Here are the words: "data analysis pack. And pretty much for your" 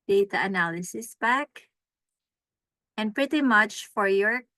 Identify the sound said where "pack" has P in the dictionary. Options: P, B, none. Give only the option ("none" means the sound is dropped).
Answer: B